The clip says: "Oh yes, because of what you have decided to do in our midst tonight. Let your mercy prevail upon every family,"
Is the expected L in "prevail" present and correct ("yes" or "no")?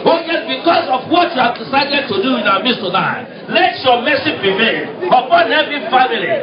no